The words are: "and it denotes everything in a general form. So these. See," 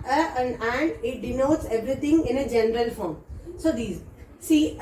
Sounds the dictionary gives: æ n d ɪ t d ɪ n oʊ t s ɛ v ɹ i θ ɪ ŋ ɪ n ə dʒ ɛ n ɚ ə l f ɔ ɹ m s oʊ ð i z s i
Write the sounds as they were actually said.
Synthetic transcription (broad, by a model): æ n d ɪ t d ɪ n oʊ t s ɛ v ɹ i t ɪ ŋ ɪ n ə dʒ ɛ n ɚ ə l f ɔ ɹ m s oʊ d i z s i